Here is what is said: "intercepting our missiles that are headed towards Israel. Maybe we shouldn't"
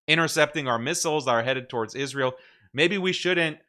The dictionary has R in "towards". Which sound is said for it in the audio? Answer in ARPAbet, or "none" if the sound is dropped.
R